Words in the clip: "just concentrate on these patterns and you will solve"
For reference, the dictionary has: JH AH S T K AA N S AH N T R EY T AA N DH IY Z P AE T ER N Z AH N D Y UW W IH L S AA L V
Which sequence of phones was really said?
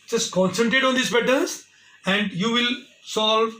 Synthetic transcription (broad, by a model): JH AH S T K AA N S AH N T R EY T AA N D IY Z B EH T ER Z AH N D Y UW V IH L S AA L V